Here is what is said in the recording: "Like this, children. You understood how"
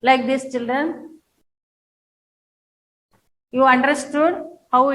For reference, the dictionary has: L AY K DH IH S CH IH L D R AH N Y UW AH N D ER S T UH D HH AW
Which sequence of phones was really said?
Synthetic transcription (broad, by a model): L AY K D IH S CH IH L D R AH N Y UW AH N D ER S T UH D HH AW